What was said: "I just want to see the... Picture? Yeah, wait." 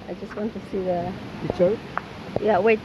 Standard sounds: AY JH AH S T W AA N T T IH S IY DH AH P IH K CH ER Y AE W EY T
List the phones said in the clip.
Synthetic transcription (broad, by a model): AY JH AH S T W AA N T T IH S IY DH AH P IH CH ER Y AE W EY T